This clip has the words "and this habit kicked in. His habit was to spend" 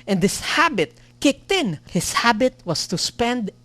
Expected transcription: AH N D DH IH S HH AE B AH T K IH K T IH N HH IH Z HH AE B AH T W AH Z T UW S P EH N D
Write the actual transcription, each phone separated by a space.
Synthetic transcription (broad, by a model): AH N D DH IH S HH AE B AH T K IH K T IH N HH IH S HH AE B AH T W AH S T UW S P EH N D